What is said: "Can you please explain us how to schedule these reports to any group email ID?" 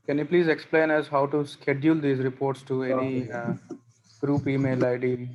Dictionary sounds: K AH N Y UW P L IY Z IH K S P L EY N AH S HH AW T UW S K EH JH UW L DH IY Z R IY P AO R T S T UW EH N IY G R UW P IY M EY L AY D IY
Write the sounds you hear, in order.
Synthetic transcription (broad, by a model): K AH N Y UW P L IY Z IH K S P L EY N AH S HH AW T UW S K EH JH UW L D IY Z R IY P AO R T S T UW EH N IY G R UW P IY M EY L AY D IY